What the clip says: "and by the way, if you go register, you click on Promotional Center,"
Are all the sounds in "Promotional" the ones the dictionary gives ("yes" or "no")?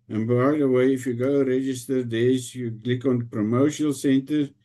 no